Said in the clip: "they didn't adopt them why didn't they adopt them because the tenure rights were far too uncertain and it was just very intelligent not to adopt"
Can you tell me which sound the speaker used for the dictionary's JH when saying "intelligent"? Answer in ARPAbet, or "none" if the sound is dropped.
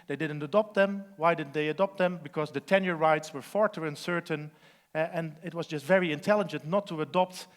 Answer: JH